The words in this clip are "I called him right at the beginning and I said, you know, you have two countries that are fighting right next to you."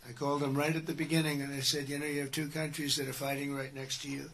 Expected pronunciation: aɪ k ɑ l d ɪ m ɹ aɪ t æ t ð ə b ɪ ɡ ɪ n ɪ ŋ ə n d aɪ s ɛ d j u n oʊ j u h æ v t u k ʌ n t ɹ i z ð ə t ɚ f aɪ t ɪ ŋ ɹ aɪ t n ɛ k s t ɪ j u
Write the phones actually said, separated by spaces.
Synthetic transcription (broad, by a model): aɪ k ɑ l d ɪ m ɹ aɪ t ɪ t ð ə b ɪ ɡ ɪ n ɪ ŋ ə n aɪ s ɛ d j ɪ n oʊ j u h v t u k ʌ n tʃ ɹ i z ð ə t ɚ f aɪ t ɪ ŋ ɹ aɪ t n ɛ k s t ɪ j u